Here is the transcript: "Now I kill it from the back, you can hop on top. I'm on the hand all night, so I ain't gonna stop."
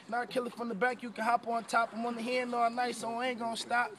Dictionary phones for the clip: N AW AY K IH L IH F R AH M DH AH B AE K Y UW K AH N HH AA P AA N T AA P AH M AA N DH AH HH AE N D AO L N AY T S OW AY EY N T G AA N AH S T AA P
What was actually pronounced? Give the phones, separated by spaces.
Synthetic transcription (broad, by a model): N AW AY K IH L IH F R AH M DH AH B AE K Y UW K AH N HH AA P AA N T AA P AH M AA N DH AH HH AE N AO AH N AY S OW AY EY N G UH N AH S T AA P